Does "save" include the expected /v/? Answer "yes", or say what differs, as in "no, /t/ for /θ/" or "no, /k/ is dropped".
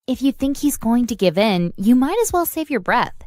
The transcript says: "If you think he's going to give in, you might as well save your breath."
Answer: yes